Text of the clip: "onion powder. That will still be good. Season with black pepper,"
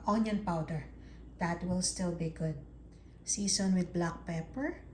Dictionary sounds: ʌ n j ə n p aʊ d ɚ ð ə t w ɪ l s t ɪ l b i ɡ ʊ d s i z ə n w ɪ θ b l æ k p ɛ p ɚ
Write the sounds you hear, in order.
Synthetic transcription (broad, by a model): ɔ n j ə n p aʊ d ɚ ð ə t w ɪ l s t ɪ l b i ɡ ʊ d s i s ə n w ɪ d b l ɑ k p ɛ p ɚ